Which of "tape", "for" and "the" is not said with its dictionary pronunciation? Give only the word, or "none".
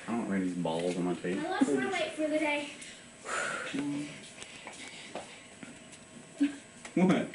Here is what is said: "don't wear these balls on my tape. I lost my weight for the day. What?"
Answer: tape